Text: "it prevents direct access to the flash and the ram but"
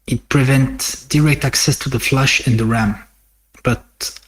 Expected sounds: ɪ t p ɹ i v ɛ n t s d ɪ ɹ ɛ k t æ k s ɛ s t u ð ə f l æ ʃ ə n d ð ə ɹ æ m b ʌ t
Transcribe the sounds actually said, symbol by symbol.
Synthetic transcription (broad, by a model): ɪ t p ɹ i v ɛ n t s d ɪ ɹ ɛ k t æ k s ɛ s t u ð ə f l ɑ ʃ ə n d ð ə ɹ æ m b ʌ t